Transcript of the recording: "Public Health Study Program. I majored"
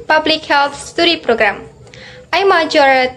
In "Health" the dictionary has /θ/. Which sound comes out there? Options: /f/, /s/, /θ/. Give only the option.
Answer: /s/